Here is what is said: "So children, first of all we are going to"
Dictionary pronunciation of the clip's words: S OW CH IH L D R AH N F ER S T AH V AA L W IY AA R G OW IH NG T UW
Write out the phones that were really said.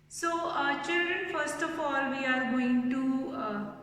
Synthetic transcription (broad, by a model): S OW CH IH L D R AH N F ER S T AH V AA L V IY AA R G OW IH NG T UW